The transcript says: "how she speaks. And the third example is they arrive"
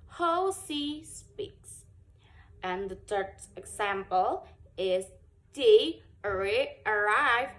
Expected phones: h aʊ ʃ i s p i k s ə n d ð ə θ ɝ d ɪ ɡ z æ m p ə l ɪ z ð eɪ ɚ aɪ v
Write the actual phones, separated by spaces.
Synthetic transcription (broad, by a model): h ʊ s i s p i k s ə n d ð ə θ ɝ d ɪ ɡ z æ m p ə l ɪ z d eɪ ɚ aɪ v